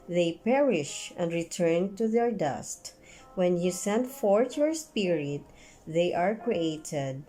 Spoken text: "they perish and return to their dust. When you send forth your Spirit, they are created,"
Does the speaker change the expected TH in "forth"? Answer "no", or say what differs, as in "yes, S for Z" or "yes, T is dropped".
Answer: yes, T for TH